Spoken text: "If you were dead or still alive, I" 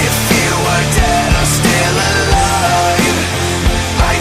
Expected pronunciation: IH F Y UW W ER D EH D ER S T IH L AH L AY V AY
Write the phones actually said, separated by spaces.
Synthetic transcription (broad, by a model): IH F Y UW W ER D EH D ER S T IH L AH L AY AY